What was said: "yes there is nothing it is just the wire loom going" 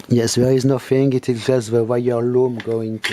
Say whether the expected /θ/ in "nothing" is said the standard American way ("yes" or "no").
no